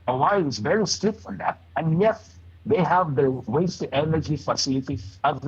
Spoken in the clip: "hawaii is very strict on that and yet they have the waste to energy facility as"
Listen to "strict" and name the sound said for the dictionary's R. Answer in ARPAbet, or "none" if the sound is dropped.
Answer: none